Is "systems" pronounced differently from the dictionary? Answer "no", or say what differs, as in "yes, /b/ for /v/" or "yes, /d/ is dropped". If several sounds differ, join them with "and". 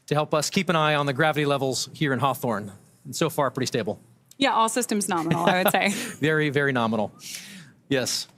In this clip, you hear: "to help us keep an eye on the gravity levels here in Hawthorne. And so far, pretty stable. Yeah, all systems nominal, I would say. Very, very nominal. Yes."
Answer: no